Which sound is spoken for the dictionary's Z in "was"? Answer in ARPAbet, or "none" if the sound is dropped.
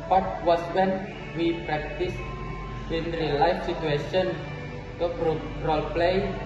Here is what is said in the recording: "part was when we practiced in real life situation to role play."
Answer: S